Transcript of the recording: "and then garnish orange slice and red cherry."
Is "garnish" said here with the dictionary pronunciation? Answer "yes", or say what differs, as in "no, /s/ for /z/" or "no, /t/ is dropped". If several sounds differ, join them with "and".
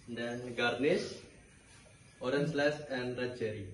no, /s/ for /ʃ/